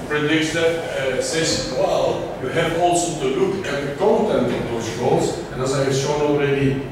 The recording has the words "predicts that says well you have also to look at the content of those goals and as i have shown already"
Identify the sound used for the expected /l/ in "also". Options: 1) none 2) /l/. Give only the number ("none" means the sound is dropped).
2